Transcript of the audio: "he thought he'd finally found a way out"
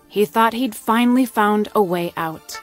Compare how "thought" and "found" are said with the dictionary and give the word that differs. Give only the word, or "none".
none